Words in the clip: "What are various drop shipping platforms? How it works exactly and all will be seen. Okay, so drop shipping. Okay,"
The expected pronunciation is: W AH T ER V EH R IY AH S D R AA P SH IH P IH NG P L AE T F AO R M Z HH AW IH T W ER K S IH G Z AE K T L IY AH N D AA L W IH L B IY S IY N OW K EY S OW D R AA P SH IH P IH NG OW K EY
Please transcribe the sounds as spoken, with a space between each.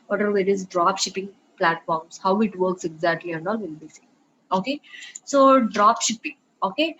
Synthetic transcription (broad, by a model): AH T ER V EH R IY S D R AA P SH IH P IH NG P L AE T F AO R M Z HH AW IH T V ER K S IH G Z AE K T L IY AH N D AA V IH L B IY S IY OW K EY S OW D R AA P SH IH P IH NG OW K EY